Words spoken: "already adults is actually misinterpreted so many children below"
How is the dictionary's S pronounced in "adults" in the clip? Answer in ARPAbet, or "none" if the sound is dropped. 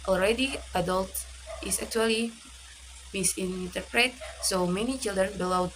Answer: none